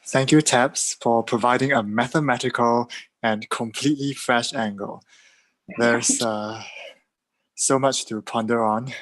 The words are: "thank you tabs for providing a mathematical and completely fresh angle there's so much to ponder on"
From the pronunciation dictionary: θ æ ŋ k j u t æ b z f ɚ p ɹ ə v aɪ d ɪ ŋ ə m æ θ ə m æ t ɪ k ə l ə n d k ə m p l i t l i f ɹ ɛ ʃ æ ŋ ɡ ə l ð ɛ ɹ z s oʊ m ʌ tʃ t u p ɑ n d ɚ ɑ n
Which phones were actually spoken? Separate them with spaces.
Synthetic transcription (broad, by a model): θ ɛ ŋ k j u t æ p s f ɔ p ɹ ə v aɪ d ɪ ŋ ə m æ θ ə m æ t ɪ k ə l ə n k ə m p l i t l i f ɹ ɛ ʃ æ ŋ ɡ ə l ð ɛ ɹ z s oʊ m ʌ tʃ t u p ɑ n d ɚ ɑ n